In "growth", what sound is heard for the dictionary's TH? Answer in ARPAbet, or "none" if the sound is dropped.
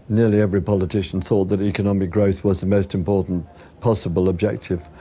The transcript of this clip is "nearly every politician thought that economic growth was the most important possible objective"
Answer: TH